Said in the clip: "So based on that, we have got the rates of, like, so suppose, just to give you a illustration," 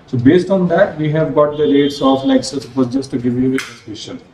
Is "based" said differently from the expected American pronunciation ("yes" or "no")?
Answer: no